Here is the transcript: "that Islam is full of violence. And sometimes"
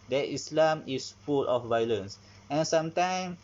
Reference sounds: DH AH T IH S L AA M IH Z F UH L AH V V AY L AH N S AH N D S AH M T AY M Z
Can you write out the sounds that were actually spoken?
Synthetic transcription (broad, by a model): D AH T IH S L AA M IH S F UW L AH F V AY L AH N S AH N S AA M T AY M